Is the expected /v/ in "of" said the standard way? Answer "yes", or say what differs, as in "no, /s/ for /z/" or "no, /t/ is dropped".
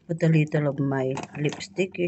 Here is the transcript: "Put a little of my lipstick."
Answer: no, /b/ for /v/